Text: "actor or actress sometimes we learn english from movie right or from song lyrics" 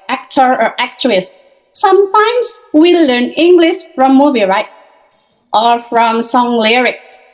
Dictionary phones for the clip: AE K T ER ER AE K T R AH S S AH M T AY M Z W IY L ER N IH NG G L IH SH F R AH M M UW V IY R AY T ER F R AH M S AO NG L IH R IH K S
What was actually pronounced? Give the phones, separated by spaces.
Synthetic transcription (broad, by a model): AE K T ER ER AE K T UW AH S S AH M T AY M S W IY L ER N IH NG G L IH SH F R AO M M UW B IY R AY T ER F R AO M S AO NG L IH R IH K S